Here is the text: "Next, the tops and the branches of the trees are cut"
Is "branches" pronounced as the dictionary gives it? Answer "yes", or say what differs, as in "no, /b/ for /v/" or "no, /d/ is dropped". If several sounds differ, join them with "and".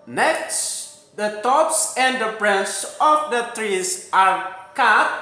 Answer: no, /s/ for /tʃ/